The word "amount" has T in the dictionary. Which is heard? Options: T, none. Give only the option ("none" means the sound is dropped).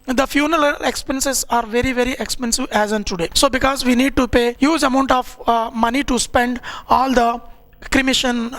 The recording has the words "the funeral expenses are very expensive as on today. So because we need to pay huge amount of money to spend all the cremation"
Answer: T